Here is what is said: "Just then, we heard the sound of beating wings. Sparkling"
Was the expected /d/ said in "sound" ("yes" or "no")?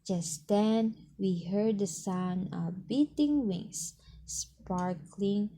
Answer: no